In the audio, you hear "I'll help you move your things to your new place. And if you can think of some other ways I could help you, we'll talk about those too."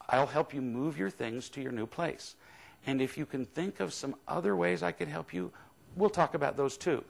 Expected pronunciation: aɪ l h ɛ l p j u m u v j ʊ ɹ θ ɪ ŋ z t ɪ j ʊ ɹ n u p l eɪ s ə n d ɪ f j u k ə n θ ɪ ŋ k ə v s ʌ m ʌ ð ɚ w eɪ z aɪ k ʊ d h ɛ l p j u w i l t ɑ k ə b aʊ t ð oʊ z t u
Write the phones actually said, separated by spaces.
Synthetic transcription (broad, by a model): aɪ l h ɛ l p j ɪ m u v j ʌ ɹ θ ɪ ŋ z t ɪ j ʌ ɹ n u p l eɪ s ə n ɪ f j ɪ k ə n θ ɪ ŋ k ə v s ʌ m ʌ ð ɚ w eɪ z aɪ k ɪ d h ɛ l p j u w i l t ɑ k ə b aʊ t ð oʊ z t u